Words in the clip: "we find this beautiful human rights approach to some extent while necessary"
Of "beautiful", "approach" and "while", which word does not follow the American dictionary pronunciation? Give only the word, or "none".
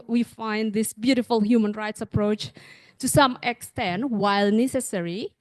none